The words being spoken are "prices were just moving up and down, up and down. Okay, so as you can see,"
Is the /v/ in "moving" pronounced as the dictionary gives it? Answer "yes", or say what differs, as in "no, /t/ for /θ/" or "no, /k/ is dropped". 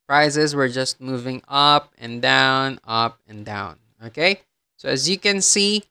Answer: yes